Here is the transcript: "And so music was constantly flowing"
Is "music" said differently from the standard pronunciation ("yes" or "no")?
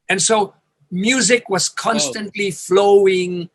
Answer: no